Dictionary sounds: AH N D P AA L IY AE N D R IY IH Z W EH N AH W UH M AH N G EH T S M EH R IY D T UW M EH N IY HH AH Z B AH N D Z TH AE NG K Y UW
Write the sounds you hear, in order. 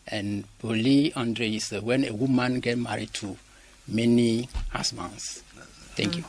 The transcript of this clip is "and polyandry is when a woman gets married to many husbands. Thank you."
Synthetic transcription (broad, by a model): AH N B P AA L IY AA N D R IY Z W EH N AH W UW M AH N G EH T M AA R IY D T UW M EH N IY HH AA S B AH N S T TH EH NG K Y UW